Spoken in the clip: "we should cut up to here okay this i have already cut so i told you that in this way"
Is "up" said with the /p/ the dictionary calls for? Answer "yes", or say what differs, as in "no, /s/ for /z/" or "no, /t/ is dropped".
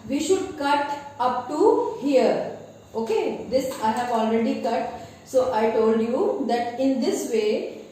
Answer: yes